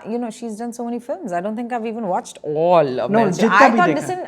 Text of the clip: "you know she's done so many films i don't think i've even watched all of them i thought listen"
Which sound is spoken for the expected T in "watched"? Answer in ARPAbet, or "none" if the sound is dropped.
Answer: T